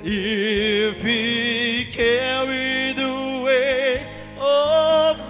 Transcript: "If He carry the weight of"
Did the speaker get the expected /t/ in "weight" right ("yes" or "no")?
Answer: no